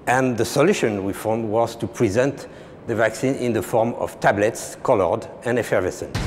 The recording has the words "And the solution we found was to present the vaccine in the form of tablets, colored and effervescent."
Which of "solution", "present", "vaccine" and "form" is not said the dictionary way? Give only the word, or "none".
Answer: none